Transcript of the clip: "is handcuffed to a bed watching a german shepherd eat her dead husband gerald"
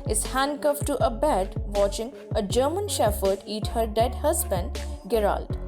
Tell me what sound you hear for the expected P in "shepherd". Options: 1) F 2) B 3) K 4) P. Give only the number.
1